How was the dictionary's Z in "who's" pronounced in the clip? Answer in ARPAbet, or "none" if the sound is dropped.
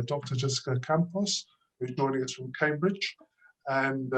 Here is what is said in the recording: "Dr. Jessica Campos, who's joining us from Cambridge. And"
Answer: none